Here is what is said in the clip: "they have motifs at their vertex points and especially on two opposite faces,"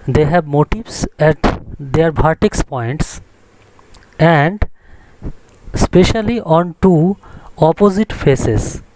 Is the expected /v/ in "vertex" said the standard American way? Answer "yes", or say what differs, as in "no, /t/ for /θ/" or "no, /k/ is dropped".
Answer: no, /b/ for /v/